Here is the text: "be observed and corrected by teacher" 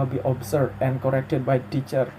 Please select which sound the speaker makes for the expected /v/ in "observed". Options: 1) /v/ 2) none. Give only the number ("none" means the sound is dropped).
2